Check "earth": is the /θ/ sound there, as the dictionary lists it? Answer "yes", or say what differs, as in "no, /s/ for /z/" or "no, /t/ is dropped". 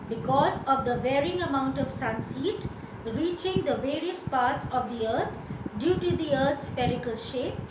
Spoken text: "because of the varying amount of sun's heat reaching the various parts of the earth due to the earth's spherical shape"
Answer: no, /t/ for /θ/